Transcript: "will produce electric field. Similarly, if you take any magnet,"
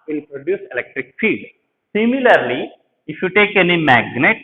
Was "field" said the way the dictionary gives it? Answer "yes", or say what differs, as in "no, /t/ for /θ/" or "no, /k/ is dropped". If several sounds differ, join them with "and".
no, /l/ is dropped